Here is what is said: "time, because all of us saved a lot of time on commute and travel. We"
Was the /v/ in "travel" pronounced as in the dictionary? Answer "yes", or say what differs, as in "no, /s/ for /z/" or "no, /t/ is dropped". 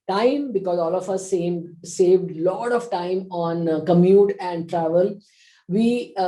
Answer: yes